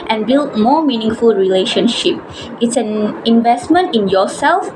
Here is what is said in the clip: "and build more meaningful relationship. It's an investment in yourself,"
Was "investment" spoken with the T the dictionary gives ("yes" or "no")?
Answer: yes